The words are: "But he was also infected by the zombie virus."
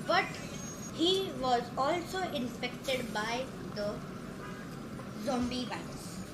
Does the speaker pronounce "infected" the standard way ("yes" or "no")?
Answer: no